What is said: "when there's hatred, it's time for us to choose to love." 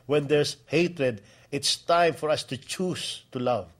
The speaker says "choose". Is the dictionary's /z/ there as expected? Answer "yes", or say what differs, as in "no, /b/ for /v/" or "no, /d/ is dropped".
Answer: no, /s/ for /z/